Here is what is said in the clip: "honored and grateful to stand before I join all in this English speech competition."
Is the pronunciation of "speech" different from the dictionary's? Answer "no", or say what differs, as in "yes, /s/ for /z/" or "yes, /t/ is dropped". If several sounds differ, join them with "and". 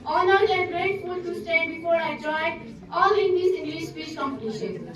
yes, /s/ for /tʃ/